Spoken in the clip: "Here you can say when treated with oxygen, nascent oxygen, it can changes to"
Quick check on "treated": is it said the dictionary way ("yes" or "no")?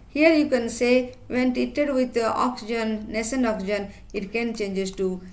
no